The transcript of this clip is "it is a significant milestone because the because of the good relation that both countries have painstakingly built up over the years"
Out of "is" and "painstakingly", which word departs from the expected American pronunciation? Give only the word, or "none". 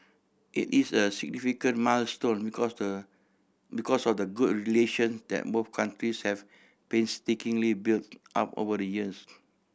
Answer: is